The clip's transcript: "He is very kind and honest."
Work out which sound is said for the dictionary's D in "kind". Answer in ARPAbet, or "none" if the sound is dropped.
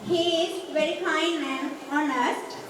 none